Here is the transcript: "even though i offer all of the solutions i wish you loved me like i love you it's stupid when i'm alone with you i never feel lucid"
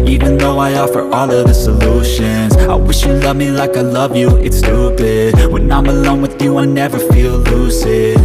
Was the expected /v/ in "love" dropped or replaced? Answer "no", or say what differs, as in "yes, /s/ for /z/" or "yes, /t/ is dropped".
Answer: no